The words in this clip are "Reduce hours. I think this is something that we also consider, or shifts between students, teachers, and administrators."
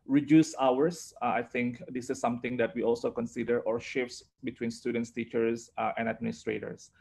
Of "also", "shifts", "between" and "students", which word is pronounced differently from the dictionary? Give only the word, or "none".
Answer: none